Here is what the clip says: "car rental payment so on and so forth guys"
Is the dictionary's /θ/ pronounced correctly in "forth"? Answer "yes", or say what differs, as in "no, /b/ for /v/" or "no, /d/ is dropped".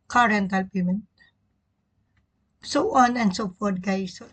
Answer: no, /t/ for /θ/